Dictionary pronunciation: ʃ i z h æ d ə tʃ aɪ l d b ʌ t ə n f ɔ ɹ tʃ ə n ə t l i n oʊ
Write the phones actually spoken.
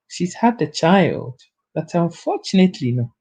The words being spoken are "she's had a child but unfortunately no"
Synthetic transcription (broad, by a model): ʃ i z h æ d ə tʃ aɪ l d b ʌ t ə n f ɔ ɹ tʃ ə n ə t l i n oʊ